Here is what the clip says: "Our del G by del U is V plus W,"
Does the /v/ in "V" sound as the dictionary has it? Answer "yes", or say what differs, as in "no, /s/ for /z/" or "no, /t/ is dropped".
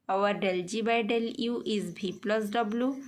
no, /b/ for /v/